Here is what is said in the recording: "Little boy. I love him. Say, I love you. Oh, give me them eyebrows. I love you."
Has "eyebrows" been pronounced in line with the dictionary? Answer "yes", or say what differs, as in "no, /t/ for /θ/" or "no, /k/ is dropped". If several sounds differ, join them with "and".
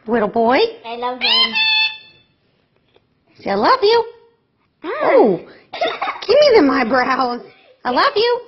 yes